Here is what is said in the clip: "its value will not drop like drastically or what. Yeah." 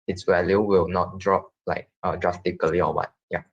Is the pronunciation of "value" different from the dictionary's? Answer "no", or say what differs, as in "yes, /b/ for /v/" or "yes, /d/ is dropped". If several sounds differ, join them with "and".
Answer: yes, /w/ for /v/